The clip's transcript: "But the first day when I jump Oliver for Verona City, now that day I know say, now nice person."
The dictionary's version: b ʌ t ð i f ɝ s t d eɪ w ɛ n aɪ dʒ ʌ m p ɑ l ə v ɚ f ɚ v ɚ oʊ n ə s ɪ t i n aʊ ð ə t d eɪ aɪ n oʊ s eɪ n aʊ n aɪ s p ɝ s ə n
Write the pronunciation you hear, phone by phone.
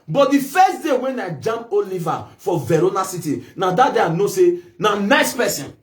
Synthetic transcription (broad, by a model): b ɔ t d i f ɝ s t d eɪ w ɛ n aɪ dʒ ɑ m ɑ l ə v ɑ f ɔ v ɚ oʊ n ə s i t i n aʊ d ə t d eɪ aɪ n oʊ s eɪ n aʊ n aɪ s p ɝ s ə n